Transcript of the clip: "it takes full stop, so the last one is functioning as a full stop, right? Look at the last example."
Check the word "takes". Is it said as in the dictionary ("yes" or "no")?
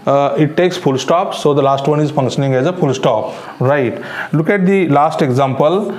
yes